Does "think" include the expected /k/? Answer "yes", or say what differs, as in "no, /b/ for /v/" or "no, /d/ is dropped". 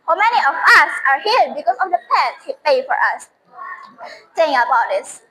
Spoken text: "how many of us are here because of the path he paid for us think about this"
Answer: no, /k/ is dropped